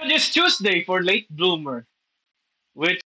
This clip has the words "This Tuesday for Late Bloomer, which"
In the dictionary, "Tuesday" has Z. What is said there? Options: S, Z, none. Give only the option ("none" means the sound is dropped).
S